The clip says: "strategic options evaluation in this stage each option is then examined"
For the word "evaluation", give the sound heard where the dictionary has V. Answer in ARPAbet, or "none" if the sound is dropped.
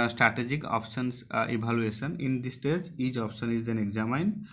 B